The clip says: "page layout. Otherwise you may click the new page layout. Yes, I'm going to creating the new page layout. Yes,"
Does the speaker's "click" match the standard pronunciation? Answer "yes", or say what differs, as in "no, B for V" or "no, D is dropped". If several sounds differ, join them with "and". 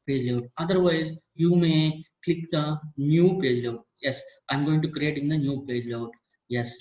yes